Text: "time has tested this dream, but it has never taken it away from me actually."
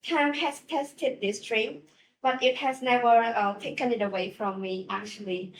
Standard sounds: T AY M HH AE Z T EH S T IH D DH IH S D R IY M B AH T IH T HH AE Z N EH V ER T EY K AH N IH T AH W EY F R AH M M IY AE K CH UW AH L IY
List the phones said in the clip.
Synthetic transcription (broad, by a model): T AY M HH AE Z T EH S T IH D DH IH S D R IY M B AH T IH T HH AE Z N EH V ER T EY K AH N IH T AH W EY F R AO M M IY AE K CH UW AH L IY